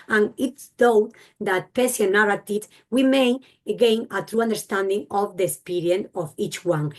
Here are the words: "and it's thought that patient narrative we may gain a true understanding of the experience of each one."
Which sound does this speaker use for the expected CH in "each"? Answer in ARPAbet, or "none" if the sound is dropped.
CH